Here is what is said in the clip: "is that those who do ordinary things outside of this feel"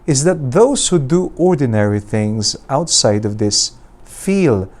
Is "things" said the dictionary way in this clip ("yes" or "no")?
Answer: yes